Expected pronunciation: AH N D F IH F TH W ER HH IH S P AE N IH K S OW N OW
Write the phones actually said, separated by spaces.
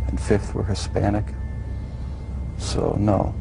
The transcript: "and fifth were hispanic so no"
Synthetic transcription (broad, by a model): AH N F IH F TH W ER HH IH S P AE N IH K S OW N OW